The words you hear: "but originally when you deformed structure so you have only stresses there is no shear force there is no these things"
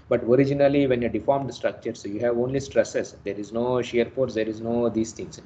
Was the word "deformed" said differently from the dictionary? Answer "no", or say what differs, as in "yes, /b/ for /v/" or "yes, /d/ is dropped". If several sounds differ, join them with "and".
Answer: no